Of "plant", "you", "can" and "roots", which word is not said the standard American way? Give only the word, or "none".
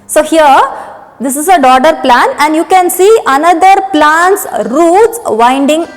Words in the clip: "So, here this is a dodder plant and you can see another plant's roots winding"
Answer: plant